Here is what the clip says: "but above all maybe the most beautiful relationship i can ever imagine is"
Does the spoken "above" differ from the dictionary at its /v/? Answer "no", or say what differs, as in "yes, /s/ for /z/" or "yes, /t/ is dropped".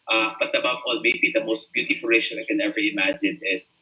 yes, /p/ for /v/